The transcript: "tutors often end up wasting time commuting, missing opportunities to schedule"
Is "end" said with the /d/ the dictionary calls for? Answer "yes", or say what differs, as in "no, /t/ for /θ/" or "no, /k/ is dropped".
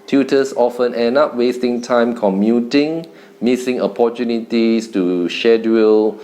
no, /d/ is dropped